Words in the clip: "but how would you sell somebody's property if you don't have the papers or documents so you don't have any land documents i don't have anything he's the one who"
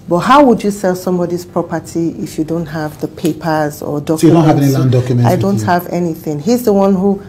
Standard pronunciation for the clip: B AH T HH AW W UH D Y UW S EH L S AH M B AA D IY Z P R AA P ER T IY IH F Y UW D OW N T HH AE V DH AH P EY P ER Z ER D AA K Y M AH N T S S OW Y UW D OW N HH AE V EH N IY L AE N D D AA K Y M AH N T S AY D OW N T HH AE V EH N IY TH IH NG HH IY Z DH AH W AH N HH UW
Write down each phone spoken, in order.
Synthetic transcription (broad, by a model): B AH T HH AW W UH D Y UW S EH L S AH M B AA D IY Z P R AA P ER T IY IH F Y UW D OW N T HH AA V DH AH P EY P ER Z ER D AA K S S OW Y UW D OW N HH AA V EH N IY L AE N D D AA K Y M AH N AY D OW N T HH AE V EH N IY TH IH NG HH IY Z DH AH W AH N HH UW